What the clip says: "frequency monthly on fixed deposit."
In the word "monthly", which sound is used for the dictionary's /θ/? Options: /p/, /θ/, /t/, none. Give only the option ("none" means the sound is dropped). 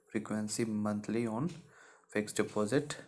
/t/